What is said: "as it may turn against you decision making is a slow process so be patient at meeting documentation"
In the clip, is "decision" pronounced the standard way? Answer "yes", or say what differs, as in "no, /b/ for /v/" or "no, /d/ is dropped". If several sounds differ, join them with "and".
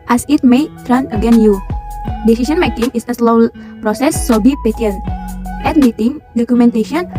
no, /s/ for /ʒ/